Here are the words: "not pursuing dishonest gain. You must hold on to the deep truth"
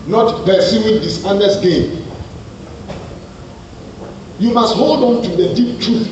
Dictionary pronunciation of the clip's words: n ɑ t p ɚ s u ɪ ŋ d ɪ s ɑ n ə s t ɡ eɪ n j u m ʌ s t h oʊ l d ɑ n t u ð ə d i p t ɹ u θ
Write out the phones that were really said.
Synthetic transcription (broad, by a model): n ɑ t b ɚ s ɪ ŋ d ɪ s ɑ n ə s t ɡ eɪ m j u m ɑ s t h oʊ l d ɑ n t u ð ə d i p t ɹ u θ